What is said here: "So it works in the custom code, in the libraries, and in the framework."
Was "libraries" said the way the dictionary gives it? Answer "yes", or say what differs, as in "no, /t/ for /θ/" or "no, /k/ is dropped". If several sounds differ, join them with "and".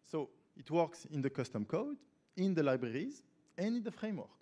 yes